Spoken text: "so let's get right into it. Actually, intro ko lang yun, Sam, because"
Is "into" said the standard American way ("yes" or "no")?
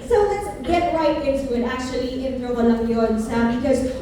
no